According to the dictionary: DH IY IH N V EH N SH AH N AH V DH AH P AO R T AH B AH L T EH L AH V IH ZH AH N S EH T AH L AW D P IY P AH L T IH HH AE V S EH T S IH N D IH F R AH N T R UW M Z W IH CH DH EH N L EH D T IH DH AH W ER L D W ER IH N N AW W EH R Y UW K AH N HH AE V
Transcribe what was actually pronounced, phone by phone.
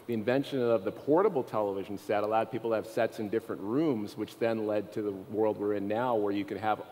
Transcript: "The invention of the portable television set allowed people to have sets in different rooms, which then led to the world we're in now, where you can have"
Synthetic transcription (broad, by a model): DH IY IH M V EH N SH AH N AH V DH AH P AO R T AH B L T EH L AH V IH ZH N S EH T AH L AW D P IY P L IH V S EH T S IH N D IH F R AH N T R UW M Z W IH CH DH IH N L EH D T IH DH AH W ER L D W ER IH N N AW W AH R Y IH K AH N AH V